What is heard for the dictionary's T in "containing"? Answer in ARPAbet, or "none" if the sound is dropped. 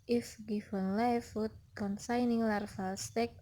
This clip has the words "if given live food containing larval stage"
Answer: S